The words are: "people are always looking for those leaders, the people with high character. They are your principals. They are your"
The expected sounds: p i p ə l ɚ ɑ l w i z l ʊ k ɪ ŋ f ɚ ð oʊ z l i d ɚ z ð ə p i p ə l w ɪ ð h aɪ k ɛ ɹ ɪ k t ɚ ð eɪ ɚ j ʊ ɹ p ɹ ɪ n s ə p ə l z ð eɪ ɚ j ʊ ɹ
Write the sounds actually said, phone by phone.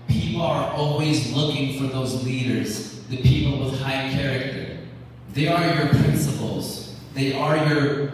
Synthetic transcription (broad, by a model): p i p l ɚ ɑ l w i z l ʊ k ɪ ŋ f ɚ ð oʊ z l i d ɚ z ð ə p i p l w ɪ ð h aɪ k ɛ ɹ ɪ k t ɚ ð eɪ ɚ j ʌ ɹ p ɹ ɪ n s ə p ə l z ð eɪ ɚ j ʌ ɹ